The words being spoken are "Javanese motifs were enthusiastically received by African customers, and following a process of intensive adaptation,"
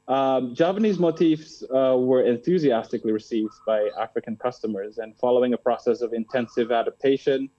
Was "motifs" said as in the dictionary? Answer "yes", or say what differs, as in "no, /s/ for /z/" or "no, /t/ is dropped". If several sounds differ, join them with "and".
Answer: yes